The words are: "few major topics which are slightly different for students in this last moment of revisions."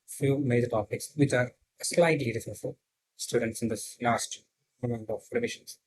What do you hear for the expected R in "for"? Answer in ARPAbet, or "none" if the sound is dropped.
L